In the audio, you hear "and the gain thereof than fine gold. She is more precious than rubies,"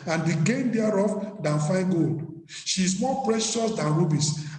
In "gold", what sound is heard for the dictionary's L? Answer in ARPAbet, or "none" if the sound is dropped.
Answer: L